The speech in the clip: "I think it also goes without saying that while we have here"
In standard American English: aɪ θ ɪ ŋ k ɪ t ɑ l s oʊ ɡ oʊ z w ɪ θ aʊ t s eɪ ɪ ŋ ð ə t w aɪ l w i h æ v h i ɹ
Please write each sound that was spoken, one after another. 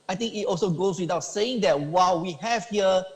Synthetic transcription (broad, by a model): aɪ t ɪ ŋ k ɪ t ɑ l s oʊ ɡ oʊ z w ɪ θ aʊ t s eɪ ɪ ŋ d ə t w aɪ l w i h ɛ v h i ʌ